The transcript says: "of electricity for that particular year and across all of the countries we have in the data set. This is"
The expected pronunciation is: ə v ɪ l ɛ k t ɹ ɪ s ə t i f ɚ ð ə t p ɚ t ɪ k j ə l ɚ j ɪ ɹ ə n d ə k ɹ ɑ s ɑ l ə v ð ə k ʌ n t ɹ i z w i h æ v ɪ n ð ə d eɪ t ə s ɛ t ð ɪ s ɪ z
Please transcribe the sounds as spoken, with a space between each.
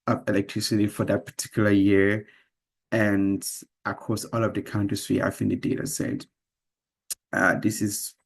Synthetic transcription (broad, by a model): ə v ɪ l ɛ k t ɹ ɪ s ə t i f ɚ ð ə t p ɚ t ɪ k j l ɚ j ɪ ɹ ə n d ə k ɑ s ɑ l ə v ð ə k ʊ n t i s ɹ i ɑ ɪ f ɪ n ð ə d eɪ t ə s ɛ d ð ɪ s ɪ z